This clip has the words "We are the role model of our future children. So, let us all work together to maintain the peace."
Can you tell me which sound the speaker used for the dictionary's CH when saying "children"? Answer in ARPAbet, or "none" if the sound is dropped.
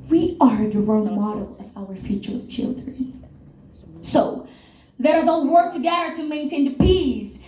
CH